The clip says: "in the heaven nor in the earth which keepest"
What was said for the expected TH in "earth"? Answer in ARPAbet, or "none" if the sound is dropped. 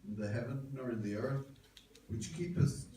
TH